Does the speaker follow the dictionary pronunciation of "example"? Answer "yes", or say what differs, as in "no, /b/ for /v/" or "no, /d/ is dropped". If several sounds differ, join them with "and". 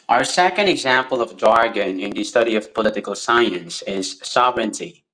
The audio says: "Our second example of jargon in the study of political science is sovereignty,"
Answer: yes